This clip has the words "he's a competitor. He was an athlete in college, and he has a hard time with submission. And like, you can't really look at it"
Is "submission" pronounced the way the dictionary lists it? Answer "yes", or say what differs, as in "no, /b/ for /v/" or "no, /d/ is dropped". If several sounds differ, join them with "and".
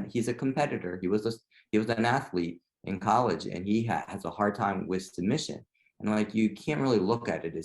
no, /b/ is dropped